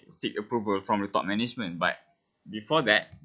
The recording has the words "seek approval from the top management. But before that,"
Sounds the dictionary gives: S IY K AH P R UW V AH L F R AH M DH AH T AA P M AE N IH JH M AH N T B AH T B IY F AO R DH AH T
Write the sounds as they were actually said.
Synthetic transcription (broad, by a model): S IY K AH P R UW V AH L F R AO M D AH T AA P M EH N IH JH M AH N B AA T B IY F AO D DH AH T